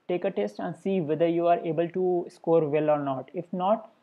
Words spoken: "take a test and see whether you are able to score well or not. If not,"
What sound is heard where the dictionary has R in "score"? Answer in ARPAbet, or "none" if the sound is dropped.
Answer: R